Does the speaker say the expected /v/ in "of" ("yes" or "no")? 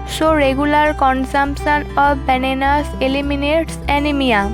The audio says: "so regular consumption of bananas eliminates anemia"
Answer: no